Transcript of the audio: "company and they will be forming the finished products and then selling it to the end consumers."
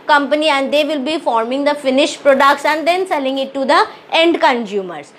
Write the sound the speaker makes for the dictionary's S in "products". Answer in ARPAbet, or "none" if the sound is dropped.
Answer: SH